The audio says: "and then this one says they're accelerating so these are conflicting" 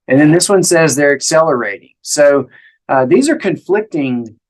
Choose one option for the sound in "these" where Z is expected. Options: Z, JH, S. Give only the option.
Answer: Z